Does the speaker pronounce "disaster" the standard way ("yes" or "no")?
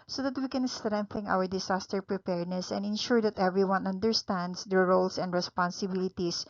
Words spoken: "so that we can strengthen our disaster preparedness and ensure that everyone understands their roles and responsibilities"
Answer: no